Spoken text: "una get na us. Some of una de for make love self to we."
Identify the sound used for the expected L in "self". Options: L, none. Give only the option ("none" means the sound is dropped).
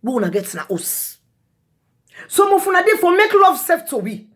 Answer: none